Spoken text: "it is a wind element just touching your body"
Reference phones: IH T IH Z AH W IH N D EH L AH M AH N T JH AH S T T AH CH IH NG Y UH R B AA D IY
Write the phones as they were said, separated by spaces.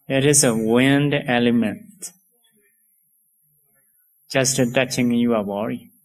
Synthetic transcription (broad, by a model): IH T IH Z AH W IH N D EH L AH M AH N T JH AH S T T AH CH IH NG Y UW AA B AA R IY